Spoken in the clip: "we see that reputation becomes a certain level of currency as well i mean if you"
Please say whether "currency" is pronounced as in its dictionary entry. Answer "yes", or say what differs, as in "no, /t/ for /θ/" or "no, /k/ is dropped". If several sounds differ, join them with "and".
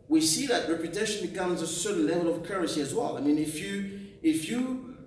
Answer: no, /n/ is dropped